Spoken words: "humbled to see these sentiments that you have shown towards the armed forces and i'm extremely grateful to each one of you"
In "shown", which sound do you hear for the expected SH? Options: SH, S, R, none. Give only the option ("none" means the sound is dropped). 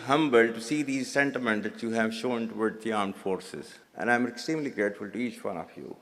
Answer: SH